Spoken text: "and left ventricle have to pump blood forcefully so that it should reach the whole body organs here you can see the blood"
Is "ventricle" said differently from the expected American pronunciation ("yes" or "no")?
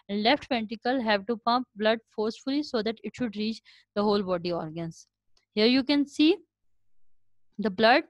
yes